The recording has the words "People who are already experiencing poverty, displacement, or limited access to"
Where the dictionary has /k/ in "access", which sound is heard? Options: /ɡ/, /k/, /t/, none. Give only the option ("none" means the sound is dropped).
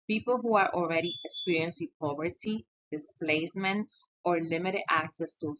/k/